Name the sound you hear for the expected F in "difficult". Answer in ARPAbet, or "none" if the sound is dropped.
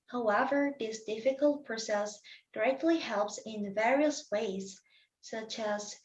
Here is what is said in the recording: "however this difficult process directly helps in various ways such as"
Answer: F